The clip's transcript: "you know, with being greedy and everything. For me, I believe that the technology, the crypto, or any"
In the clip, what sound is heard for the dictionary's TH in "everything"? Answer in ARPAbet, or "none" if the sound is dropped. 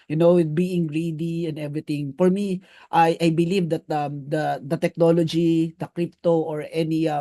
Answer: T